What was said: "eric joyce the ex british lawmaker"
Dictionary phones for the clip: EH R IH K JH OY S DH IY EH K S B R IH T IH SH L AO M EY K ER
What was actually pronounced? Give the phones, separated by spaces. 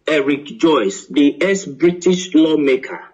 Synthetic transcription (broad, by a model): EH R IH K JH OY S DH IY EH S B R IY T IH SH L AO M EY K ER